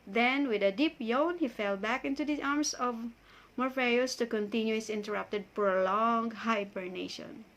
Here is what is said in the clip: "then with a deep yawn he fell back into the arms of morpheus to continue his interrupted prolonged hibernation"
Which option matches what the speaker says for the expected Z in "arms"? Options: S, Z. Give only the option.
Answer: S